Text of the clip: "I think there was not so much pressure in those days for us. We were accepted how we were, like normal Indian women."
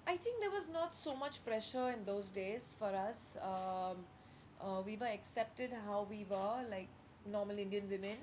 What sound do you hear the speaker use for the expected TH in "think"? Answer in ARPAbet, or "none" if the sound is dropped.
T